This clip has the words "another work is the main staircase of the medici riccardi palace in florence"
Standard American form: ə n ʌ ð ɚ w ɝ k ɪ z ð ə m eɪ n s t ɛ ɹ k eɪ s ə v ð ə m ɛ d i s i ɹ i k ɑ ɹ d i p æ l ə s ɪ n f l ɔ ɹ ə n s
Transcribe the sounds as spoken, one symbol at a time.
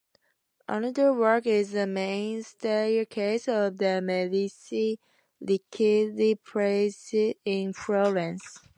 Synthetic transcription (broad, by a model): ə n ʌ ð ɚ w ɝ k ɪ z ð ə m eɪ n s t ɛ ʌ k eɪ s ə v ð ə m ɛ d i s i l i k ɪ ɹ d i p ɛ ə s ɪ n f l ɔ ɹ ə n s